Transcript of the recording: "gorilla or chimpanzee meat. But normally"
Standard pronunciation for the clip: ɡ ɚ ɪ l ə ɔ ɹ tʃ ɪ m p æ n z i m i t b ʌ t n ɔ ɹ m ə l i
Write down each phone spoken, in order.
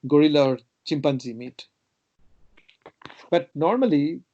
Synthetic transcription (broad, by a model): ɡ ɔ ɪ l ɔ ɹ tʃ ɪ m p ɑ n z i m i t b ʌ t n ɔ ɹ m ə l i